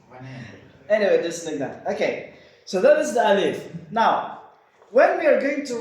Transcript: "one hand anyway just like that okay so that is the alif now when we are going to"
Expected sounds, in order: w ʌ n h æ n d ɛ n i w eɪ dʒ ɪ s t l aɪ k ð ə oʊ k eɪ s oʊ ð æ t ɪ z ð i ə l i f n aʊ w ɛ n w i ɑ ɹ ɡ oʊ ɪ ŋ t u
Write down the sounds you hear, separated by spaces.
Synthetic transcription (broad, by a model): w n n ɛ n i w eɪ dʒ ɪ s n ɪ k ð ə oʊ k eɪ s oʊ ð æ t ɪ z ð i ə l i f n aʊ w ɛ n w i ɑ ɹ ɡ oʊ ɪ ŋ t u